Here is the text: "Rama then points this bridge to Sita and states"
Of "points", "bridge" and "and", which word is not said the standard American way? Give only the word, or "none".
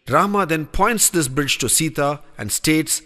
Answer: none